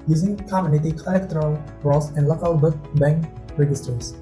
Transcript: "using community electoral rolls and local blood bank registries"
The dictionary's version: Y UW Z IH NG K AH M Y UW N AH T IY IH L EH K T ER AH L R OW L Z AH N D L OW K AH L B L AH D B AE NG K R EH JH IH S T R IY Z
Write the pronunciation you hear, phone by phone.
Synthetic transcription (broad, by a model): Y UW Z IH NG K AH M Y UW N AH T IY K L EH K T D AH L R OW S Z AH N D L OW K AH L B AH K B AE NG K R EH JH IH S T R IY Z